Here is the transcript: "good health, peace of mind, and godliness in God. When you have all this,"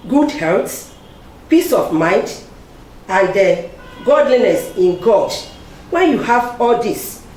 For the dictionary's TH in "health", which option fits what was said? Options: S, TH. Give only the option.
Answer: S